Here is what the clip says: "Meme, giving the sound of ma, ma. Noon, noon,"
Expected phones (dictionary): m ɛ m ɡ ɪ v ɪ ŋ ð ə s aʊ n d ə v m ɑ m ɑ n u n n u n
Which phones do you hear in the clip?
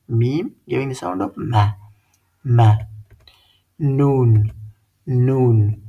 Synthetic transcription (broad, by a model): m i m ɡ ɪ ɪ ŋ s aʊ d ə p m ɑ m ɑ n u n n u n